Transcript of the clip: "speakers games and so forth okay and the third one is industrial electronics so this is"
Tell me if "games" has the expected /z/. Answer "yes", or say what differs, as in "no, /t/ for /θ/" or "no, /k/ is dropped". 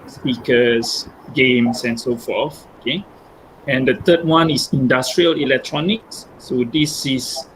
no, /s/ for /z/